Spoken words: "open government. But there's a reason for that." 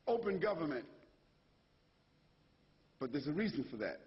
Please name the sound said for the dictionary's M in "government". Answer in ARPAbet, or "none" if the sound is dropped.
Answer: M